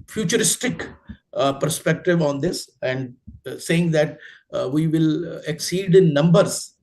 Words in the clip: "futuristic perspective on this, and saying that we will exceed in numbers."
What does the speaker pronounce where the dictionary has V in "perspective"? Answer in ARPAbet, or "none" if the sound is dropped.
V